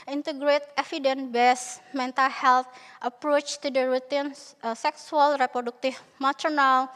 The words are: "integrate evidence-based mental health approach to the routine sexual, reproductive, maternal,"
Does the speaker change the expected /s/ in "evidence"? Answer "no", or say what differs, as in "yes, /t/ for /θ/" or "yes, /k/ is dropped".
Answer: yes, /s/ is dropped